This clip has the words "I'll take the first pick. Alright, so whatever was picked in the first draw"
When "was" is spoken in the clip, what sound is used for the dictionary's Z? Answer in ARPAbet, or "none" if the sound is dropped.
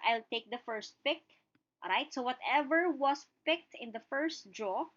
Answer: S